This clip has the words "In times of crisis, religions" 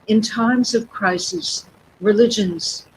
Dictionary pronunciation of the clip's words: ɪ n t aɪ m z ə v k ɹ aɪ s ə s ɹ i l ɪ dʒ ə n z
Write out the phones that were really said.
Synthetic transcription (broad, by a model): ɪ n t aɪ m z ə v k ɹ aɪ s ə s ɹ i l ɪ dʒ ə n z